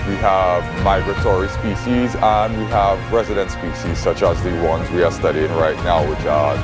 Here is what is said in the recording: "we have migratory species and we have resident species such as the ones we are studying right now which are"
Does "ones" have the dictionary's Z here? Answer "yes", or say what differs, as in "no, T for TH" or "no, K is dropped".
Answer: yes